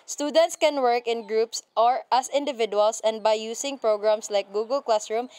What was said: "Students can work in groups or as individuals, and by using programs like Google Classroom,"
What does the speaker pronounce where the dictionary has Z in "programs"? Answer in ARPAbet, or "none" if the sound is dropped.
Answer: S